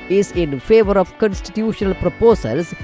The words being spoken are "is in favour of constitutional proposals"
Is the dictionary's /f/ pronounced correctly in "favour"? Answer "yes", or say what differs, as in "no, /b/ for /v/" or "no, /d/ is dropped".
yes